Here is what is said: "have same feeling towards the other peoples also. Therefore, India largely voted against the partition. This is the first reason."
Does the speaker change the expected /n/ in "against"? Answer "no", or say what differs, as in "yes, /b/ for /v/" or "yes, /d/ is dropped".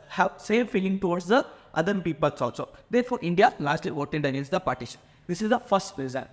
yes, /n/ is dropped